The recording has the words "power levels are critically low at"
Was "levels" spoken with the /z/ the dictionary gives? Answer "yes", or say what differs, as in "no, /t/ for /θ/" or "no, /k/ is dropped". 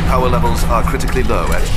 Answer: yes